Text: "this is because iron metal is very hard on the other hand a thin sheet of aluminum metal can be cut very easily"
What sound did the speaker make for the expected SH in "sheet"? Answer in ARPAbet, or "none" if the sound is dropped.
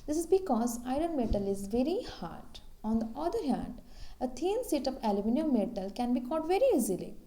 S